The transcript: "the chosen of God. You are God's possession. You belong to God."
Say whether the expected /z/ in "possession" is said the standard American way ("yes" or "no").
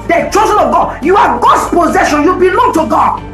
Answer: yes